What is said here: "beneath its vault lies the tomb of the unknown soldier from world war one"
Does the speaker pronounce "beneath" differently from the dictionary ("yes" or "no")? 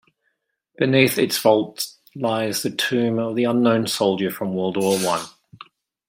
no